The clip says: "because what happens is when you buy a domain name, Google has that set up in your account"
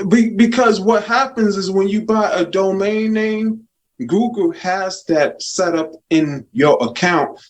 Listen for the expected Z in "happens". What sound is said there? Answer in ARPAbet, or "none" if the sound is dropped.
Z